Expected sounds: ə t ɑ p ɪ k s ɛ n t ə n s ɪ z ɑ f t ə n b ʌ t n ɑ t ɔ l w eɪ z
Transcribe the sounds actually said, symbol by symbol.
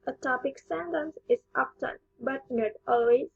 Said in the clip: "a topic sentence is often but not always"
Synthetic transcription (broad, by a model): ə t ɑ p ɪ k s ɛ n t ə n s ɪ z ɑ p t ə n b ʌ t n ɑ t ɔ l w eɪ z